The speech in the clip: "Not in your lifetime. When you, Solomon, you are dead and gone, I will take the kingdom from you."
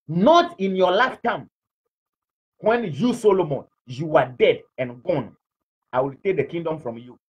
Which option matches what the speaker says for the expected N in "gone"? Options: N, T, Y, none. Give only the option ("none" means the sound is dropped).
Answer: N